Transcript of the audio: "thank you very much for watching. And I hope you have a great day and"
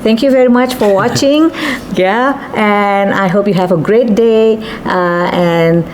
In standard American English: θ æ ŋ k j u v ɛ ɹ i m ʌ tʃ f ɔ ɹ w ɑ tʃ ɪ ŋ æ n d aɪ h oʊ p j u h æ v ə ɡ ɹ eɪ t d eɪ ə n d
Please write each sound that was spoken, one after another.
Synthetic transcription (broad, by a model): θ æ ŋ k j u v ɛ ɹ i m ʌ tʃ f ɔ ɹ w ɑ tʃ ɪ ŋ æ n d aɪ h oʊ p j u h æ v ə ɡ ɹ eɪ t d eɪ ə n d